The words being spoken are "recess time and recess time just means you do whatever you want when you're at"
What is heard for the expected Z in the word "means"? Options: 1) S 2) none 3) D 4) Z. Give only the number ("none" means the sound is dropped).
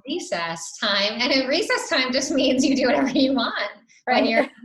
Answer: 4